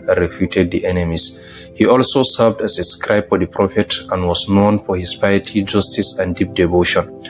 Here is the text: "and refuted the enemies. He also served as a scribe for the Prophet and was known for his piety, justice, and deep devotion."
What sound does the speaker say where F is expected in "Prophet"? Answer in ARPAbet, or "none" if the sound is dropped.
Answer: F